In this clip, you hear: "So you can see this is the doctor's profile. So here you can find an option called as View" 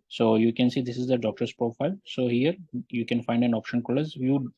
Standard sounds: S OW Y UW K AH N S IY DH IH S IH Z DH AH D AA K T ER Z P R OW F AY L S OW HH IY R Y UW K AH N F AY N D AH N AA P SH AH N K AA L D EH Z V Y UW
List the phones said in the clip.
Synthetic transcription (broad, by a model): S OW Y UW K AH N S IY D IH S IH Z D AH D AA K T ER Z P R OW F AY L S OW HH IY R Y UW K AH N F AY N D AH N AA P SH AH N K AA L AH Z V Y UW